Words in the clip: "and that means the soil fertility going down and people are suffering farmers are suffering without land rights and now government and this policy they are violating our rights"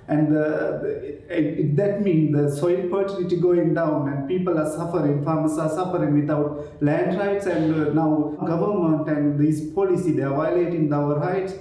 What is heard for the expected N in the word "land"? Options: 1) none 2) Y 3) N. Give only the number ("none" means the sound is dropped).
3